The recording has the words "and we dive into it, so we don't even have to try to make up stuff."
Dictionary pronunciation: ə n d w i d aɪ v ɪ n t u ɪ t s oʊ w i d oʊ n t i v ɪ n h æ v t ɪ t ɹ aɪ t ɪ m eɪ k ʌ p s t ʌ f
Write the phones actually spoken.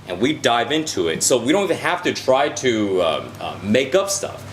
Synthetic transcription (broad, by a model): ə n w i d aɪ v ɪ n t u ɪ t s oʊ w i d oʊ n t i v ɪ n h æ f t ɪ t ɹ aɪ t ɪ m eɪ k ʌ p s t ʌ f